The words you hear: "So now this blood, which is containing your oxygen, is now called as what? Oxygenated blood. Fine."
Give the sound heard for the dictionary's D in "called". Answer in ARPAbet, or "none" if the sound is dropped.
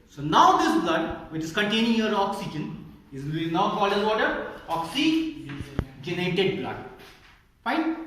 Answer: none